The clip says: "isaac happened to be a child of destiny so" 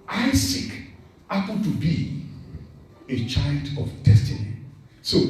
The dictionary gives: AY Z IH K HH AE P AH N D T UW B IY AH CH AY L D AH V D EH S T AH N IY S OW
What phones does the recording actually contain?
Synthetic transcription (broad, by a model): AY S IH K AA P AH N T UW B IY AH CH AY L D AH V D EH S T AH N IY S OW